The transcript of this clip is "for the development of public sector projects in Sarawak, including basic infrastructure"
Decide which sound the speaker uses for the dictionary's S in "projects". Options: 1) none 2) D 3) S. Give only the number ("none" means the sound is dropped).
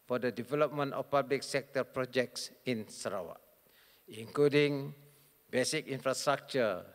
3